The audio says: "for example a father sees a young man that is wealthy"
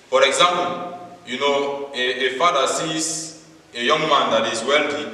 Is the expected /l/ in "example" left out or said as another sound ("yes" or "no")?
yes